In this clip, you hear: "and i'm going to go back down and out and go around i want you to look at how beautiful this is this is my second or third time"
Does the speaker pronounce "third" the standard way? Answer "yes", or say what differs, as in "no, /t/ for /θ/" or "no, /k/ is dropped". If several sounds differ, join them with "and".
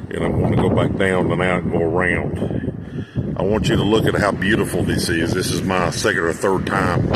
yes